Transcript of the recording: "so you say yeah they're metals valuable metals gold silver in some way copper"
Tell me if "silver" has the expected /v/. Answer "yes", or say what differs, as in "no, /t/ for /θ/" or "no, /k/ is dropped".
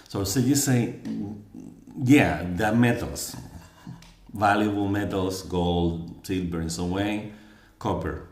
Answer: no, /b/ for /v/